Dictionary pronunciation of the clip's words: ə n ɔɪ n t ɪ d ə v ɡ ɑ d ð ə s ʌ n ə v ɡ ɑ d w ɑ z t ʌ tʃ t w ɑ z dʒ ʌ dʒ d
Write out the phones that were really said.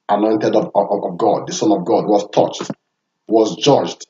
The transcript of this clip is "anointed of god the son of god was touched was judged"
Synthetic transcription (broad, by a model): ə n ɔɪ n t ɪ d ə v ɡ ɑ d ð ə s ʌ n ə v ɡ ɑ d w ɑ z t ʌ tʃ t w ɑ z dʒ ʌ dʒ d